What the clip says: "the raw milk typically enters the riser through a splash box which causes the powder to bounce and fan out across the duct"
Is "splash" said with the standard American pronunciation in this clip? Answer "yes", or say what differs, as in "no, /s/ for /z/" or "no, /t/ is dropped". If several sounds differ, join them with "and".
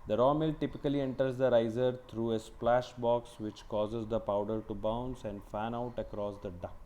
yes